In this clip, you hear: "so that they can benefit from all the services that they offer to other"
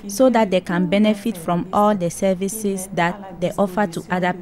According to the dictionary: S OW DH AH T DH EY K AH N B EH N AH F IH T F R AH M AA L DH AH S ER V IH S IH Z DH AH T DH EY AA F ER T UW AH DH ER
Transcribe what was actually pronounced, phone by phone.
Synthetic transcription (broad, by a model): S OW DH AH T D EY K AH N B EH N AH F IH T F R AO M AA L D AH S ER V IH S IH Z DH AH T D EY AA F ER T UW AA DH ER